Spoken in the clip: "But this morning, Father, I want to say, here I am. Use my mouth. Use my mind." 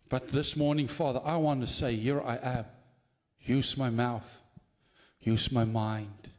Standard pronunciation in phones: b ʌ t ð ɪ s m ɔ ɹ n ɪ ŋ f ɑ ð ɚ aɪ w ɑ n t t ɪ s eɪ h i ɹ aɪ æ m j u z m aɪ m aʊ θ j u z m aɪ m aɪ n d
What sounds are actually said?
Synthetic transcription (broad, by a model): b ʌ t ð ɪ s m ɔ ɹ n ɪ ŋ f ɑ ð ɚ aɪ w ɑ n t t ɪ s eɪ h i ɹ aɪ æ m j u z m aɪ m aʊ θ j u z m aɪ m aɪ n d